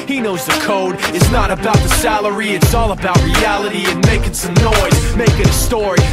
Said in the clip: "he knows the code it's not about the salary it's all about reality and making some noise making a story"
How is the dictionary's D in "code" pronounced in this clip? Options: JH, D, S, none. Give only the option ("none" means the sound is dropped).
D